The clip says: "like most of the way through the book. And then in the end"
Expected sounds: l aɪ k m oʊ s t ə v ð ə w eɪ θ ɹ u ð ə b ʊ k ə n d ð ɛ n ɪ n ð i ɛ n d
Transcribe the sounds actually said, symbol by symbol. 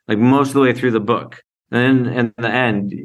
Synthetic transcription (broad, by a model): l aɪ k m oʊ s t ə v ð ə w eɪ θ ɹ u ð ə b ʊ k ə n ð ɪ n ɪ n ð i ɛ n d